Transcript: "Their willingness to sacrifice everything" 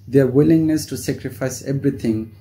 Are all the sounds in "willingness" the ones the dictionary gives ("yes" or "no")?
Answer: yes